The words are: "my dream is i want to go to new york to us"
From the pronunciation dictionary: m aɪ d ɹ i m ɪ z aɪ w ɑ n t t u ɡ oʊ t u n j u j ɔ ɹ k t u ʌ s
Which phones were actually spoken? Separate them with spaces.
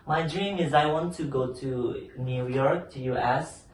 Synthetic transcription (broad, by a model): m aɪ d ɹ i m ɪ z aɪ w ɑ n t t u ɡ oʊ t u n j u j ɔ ɹ k t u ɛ s